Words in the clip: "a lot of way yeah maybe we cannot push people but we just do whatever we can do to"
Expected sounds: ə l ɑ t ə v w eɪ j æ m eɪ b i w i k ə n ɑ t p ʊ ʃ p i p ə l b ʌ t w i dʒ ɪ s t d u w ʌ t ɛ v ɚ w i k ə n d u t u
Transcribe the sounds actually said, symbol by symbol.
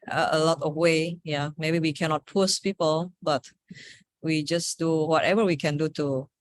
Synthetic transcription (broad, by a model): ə l ɑ t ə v w eɪ j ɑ m eɪ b i w i k ə n ɑ t p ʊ s p i p ə l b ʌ t w i dʒ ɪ s d u w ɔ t ɛ v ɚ w i k ə n d u t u